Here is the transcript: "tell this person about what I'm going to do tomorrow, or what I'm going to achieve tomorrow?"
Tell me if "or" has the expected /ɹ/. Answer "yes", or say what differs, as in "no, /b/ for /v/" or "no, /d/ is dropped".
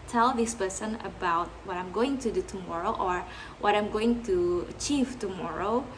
yes